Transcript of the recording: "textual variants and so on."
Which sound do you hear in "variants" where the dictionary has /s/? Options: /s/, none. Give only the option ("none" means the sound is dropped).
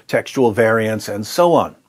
/s/